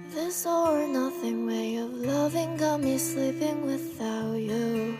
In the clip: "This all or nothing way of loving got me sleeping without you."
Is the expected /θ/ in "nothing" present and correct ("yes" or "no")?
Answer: yes